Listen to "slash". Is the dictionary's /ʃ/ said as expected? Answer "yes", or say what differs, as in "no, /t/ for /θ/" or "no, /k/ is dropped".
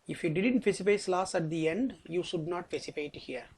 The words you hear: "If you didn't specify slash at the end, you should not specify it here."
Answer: no, /s/ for /ʃ/